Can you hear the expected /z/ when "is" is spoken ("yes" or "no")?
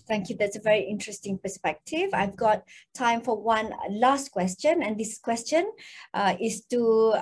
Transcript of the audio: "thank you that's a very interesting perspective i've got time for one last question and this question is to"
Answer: no